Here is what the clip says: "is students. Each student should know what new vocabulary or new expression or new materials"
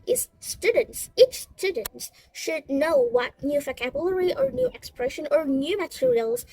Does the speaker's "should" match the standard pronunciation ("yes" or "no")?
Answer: yes